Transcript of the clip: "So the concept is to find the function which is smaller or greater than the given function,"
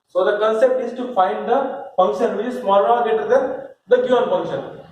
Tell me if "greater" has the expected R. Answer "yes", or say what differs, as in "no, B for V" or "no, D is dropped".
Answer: no, R is dropped